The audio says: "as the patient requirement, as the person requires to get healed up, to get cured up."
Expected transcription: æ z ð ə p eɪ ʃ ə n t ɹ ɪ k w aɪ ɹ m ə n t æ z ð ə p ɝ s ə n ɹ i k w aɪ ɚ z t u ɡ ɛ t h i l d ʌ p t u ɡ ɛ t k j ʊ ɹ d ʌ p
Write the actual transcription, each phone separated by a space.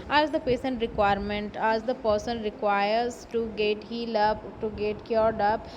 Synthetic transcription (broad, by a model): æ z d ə p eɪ s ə n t ɹ ɪ k w aɪ ɹ m ə n t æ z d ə p ɝ s ə n ɹ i k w aɪ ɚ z t u ɡ ɛ t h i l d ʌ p t u ɡ ɛ t k j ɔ ɹ d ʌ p